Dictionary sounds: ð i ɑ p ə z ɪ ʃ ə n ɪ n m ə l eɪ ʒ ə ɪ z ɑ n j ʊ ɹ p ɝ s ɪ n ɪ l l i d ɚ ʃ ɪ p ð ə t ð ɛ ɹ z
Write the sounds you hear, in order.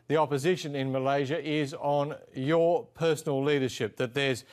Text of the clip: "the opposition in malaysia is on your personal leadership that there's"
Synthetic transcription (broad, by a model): ð i ɑ p ə z ɪ ʃ ə n ɪ n m ə l eɪ ʒ ə ɪ z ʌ n j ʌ ɹ p ɝ s n l l i d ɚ ʃ ɪ p ð ə t ð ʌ ɹ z